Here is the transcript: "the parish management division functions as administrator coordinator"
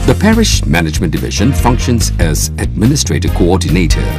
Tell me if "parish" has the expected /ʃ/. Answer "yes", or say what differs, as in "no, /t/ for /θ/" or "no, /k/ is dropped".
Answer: yes